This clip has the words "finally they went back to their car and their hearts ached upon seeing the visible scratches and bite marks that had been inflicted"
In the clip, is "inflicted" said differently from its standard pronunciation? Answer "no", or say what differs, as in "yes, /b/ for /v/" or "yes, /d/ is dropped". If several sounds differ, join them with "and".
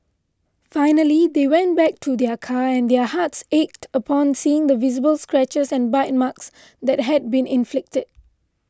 no